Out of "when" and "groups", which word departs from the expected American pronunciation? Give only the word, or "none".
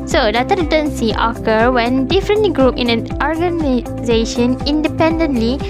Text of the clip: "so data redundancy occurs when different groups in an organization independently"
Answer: groups